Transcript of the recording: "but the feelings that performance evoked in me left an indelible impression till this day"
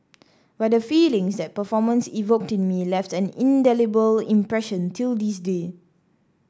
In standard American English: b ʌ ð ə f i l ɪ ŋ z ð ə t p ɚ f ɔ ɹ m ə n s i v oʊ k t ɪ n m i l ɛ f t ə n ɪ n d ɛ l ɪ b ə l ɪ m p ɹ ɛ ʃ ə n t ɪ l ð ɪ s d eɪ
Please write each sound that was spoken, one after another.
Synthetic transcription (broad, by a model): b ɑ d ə f i l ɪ ŋ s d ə t p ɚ f ɔ m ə n s i v oʊ k t ɪ n m i l ɛ f t ə n ɪ n d ɛ l ɪ b ə l ɪ m p ɹ ɛ ʃ ə n t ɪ l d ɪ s d eɪ